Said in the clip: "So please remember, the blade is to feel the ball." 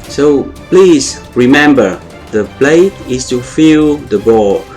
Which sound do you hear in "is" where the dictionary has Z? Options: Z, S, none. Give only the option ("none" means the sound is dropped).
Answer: S